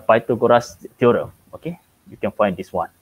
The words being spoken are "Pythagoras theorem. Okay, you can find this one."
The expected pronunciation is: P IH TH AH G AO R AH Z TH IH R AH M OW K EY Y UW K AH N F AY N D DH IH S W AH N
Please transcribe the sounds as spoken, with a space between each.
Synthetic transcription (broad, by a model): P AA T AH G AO R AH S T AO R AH OW K EY Y UW K AH N F AY N D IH S W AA N